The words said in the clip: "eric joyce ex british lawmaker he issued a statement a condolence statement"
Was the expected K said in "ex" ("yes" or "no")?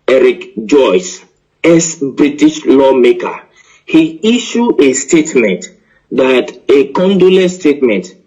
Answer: no